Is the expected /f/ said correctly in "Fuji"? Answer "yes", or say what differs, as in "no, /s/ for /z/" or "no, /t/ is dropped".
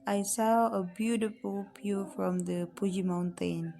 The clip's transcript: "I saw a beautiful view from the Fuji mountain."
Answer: no, /p/ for /f/